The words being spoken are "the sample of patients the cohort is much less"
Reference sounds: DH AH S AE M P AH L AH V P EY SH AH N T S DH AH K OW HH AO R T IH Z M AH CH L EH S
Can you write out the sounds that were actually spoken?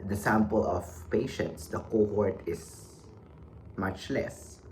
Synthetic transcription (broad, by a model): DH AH S AE M P AH L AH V P EY SH AH N T S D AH K OW HH AO R T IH S M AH CH L EH S